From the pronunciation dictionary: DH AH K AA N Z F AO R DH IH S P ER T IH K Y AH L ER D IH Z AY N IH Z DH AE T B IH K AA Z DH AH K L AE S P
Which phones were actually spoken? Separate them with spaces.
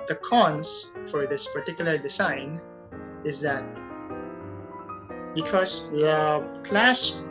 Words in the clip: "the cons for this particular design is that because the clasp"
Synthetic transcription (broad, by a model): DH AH K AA N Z F AO R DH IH S P ER T IH K Y AH L ER D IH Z AY N IH Z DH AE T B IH K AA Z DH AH K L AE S